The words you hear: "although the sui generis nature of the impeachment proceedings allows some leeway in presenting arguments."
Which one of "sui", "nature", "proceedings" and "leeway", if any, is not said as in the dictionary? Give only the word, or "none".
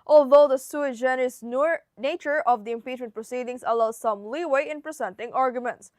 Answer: proceedings